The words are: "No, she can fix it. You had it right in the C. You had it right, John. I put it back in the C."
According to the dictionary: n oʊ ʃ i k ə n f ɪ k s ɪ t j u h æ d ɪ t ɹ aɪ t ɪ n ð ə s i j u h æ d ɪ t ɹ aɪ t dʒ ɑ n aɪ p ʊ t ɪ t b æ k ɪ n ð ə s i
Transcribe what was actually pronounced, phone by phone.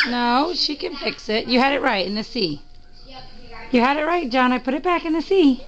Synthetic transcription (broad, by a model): n oʊ ʃ i k ə n f ɪ k s ɪ t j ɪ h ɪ d ɪ t ɹ aɪ t ɪ n ð ə s i j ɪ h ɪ d ɪ t ɹ aɪ t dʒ ɑ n aɪ p ʊ t ɪ t b æ k ɪ n ð ə s i